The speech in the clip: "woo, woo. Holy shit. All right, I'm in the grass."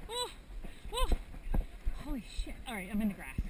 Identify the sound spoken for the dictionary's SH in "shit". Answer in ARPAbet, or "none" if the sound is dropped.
SH